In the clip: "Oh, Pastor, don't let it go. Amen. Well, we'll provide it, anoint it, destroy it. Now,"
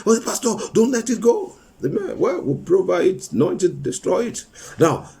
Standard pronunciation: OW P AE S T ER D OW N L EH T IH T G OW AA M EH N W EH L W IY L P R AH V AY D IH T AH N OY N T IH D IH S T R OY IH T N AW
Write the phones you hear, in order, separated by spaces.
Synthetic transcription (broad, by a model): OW P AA S T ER D OW N L EH T IH T G OW AA M EH N W EH L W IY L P R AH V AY IH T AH N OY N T IH D IH S T R OY IH T N AW